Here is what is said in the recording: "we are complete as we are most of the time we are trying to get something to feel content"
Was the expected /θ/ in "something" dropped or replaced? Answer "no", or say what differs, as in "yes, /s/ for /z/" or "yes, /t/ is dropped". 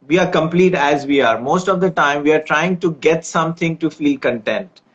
yes, /t/ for /θ/